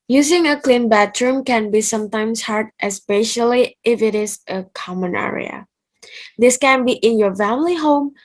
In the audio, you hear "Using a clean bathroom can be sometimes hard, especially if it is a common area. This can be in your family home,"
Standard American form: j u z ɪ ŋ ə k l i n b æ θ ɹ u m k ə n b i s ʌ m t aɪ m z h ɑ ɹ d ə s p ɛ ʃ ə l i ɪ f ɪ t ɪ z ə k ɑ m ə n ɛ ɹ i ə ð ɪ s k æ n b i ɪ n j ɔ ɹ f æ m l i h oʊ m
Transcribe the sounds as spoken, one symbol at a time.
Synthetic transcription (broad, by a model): j u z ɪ ŋ ə k l i n b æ t ɹ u m k ə n b i s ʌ m t aɪ m s h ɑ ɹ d ə s p ɛ ʃ ə l i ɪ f ɪ t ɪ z ə k ɑ m ə n ɛ ɹ i ə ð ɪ s k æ n b i ɪ n j ɔ ɹ f æ m l i h oʊ m